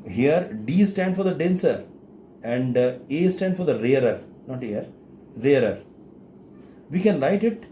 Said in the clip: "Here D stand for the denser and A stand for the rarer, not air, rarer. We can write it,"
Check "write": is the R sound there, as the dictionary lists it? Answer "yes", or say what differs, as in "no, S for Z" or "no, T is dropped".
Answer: no, L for R